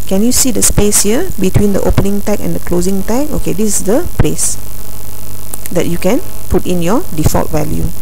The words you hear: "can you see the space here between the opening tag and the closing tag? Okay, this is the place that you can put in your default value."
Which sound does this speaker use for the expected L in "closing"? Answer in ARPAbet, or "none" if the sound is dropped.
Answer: L